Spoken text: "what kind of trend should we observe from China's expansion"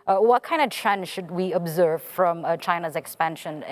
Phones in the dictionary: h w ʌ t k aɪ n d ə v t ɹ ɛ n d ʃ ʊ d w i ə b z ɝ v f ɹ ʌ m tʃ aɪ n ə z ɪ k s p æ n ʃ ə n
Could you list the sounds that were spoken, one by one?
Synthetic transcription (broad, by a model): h w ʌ t k aɪ n d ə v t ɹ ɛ n ʃ ʊ d w i ə b z ɝ v f ɹ ʌ m tʃ aɪ n ə z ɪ k s p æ n ʃ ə n